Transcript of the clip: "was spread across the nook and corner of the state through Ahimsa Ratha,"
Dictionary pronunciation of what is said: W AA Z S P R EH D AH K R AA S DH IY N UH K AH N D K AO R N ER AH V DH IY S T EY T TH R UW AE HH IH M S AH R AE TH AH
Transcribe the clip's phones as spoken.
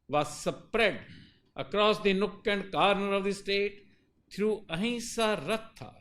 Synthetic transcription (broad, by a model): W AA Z S P R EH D AH K R AA S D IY N UH K AH N D K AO R N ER AH V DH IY S T EY T T R UW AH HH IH S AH R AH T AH